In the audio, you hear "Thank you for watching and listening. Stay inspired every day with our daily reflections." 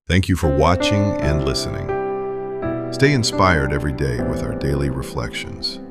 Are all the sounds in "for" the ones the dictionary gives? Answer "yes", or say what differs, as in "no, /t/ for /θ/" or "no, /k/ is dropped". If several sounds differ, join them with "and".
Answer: yes